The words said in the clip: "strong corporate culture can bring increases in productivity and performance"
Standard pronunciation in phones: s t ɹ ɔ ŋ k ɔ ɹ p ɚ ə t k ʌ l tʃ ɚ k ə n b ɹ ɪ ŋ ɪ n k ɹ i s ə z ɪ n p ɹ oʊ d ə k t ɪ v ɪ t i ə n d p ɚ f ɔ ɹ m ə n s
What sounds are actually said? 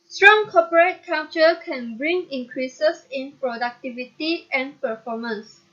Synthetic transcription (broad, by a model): s t ɹ ɔ ŋ k ɔ p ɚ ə t k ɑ tʃ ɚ k ə n b ɹ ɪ ŋ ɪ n k ɹ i s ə s ɪ n p ɹ oʊ d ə k t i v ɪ t i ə n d p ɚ f ɔ m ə n s